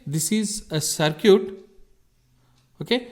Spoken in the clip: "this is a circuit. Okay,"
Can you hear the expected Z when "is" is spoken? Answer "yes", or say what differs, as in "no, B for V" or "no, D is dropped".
yes